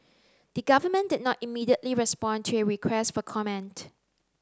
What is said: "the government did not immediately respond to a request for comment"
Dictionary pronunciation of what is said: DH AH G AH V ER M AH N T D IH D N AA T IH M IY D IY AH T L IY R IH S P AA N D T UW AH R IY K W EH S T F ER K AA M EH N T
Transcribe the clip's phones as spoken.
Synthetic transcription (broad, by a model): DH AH G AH V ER M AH N D IH D N AA T IH M IY D IY AH T L IY R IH S P AA N T UW AH R IY K W EH S T F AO K AA M EH N T